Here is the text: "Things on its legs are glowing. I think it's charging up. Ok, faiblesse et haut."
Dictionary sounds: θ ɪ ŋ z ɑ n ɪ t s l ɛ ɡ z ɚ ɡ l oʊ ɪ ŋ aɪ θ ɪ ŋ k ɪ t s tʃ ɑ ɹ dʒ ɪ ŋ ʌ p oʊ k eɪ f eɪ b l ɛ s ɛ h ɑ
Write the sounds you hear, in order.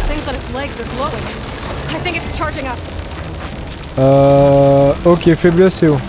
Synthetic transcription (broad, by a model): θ ɪ ŋ z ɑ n ɪ t s l ɛ ɡ z ɚ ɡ l oʊ ɪ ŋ aɪ θ ɪ ŋ k ɪ t s tʃ ɑ ɹ dʒ ɪ ŋ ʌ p oʊ k eɪ f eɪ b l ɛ s ɛ